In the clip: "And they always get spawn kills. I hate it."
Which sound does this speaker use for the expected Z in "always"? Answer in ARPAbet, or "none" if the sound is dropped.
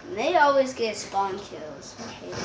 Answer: Z